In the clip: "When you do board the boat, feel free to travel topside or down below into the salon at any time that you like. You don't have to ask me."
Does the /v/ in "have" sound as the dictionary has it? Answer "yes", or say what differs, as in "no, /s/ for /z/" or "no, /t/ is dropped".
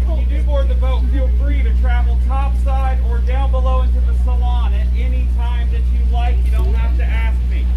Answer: no, /f/ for /v/